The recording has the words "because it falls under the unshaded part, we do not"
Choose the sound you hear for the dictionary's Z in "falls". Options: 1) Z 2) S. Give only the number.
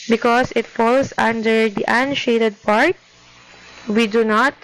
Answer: 2